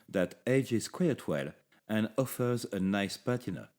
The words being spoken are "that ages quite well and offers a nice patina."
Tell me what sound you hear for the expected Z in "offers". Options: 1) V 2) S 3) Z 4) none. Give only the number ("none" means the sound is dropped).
3